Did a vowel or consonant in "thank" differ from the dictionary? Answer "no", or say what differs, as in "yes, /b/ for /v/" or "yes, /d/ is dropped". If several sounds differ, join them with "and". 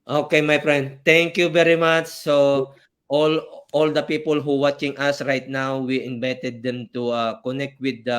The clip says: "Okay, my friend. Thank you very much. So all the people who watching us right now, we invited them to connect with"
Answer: yes, /t/ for /θ/